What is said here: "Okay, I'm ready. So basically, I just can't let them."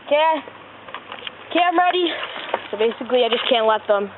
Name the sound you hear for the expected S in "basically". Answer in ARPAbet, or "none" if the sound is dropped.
S